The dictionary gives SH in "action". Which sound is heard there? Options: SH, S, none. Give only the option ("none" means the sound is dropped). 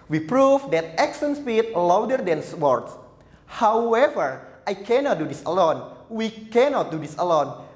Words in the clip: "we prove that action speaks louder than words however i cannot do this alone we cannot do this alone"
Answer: S